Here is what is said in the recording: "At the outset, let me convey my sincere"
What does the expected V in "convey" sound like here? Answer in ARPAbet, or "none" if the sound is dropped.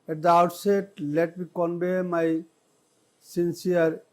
B